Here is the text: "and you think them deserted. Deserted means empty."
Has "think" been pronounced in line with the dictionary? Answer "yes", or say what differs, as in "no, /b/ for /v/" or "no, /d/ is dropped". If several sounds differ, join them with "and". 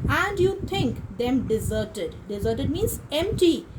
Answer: no, /t/ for /θ/